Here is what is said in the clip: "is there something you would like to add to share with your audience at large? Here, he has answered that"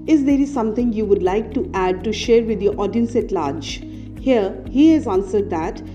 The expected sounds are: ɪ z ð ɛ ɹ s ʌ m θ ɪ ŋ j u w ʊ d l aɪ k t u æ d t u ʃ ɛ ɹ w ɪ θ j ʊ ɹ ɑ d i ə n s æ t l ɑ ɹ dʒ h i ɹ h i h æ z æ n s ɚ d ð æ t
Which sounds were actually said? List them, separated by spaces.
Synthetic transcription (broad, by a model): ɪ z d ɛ ɹ s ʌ m t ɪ ŋ j u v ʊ d l aɪ k t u æ d t u ʃ ɛ ɹ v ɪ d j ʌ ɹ ɑ d i ə n s æ t l ɑ ɹ dʒ h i ɹ h i h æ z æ n s ɚ d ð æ t